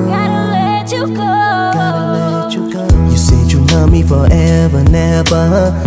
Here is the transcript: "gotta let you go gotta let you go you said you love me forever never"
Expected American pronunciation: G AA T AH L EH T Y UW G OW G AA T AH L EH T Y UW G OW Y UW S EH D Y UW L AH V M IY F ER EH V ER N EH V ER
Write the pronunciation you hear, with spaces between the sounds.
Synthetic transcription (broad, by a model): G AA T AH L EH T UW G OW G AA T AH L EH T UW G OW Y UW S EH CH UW N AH M IY F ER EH V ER N EH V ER